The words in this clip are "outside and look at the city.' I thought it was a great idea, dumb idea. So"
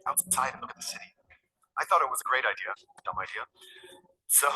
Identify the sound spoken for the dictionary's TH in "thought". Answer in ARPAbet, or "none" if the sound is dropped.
TH